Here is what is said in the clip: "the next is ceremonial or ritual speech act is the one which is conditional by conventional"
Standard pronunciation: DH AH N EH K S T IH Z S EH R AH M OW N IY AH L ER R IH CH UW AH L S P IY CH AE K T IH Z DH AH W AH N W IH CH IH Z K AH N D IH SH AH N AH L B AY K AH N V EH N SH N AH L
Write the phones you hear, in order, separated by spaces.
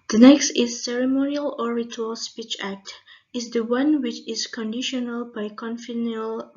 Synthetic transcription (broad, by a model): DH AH N EH K S T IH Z S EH R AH M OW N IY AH L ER R IH CH UW AH L S P IY CH AE K T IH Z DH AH W AH N W IH CH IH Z K AH N D IH SH AH N AH L B AY K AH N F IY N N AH L